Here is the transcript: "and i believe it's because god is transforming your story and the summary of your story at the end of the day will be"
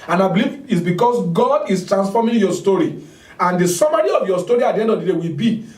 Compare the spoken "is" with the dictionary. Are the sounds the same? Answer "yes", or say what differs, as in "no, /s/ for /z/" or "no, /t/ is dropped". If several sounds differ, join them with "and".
no, /s/ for /z/